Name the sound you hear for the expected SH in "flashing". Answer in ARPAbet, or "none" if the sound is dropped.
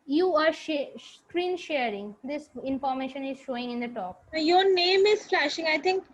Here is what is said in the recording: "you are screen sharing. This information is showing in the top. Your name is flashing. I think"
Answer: SH